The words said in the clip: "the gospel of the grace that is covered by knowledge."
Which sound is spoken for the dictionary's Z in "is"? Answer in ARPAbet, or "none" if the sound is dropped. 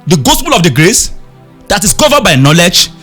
S